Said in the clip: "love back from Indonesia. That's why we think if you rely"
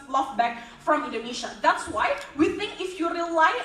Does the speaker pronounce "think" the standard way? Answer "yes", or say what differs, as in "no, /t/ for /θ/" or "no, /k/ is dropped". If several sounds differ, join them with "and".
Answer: yes